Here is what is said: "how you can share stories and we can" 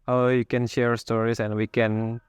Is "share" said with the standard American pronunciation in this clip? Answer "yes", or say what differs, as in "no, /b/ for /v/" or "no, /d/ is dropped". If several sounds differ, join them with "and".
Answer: yes